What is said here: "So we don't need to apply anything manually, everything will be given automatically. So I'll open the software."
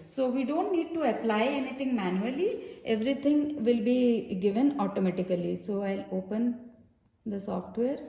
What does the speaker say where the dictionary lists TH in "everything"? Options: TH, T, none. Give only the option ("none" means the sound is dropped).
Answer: T